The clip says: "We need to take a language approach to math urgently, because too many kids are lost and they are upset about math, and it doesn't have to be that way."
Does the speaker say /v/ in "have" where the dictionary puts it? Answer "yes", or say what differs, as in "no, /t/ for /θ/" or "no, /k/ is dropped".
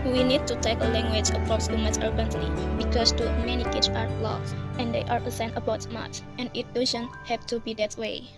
no, /p/ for /v/